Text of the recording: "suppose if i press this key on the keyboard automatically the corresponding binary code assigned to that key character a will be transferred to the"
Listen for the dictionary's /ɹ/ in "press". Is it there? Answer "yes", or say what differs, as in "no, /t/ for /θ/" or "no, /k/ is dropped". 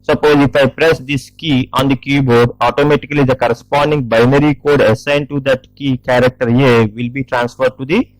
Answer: yes